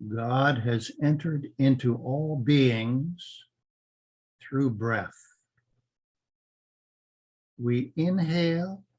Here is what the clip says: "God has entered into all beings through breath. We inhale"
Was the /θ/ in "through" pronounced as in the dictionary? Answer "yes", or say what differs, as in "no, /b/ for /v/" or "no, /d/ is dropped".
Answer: yes